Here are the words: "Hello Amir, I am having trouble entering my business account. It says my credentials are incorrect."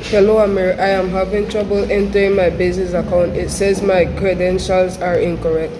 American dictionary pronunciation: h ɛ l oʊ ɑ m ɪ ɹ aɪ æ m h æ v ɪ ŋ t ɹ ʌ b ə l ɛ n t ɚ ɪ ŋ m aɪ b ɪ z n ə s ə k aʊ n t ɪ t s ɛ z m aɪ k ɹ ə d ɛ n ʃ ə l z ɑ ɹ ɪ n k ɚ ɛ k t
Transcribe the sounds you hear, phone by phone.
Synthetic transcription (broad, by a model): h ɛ l oʊ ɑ m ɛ ɹ aɪ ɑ m h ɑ v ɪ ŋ t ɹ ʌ b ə l ɛ n t ɚ ɪ ŋ m aɪ b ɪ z n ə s ə k aʊ n t ɪ t s ɛ z m aɪ k ɹ ə d ɛ n ʃ ə l z ɑ ɹ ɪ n k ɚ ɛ k t